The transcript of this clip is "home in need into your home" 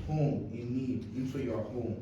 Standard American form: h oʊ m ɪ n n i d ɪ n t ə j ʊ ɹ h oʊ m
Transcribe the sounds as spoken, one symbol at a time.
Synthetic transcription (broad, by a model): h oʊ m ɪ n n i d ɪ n s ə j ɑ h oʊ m